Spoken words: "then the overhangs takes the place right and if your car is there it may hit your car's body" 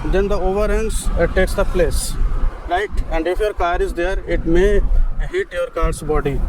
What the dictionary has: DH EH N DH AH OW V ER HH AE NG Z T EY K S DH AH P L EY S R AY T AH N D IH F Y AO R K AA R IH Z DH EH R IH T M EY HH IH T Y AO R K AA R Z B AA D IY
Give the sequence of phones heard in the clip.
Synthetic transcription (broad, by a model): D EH N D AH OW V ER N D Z T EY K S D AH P L EY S L AY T AH N D IH F Y AO R K AA R IH Z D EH R IH T M EY HH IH T Y AO R K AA R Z B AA D IY